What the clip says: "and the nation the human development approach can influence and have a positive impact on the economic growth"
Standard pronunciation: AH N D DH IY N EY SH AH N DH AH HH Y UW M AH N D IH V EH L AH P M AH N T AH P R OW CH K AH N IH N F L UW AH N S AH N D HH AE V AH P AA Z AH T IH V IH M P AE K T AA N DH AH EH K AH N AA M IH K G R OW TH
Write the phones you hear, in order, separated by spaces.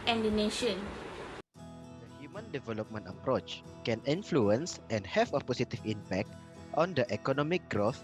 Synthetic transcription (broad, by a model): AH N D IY N EY SH AH N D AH HH Y UW M AH N D IH V EH L AH P M AH N T AH P R OW CH K AH N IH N F L UW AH N S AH N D HH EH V AH P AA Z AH T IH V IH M P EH K T AA N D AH EH K AH N AA M IH K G R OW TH